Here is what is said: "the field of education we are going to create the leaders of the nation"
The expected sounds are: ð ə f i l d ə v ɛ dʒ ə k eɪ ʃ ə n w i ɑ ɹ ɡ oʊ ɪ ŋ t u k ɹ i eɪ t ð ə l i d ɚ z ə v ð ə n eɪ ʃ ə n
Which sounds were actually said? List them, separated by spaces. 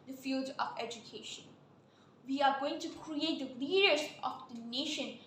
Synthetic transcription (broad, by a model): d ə f i l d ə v ɛ dʒ ə k eɪ ʃ ə n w i ɑ ɹ ɡ oʊ ɪ ŋ t u k ɹ i eɪ t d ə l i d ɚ s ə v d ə n eɪ ʃ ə n